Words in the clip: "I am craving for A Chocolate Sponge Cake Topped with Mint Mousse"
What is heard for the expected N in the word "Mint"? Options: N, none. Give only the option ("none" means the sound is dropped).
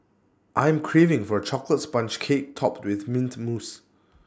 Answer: N